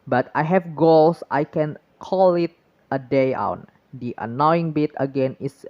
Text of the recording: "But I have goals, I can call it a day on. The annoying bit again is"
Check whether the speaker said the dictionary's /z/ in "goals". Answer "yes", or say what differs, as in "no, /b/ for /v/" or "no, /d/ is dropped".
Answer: no, /s/ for /z/